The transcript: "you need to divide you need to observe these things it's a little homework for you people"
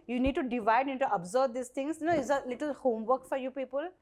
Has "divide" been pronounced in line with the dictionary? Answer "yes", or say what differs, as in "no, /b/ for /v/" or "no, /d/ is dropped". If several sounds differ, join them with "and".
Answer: yes